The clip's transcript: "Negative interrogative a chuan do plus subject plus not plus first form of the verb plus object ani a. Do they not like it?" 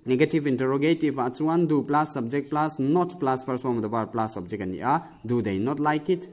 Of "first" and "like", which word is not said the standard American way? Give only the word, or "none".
first